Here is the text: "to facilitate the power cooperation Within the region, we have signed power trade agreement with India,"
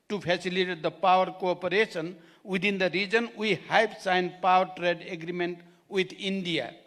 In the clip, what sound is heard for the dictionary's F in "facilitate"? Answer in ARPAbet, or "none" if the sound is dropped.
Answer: P